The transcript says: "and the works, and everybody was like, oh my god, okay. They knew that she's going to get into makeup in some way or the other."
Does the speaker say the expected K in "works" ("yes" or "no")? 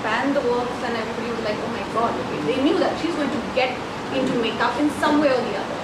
no